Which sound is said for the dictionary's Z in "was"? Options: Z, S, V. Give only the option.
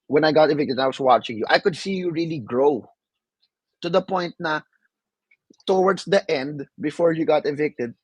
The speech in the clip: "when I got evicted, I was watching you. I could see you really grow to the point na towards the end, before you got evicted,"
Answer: S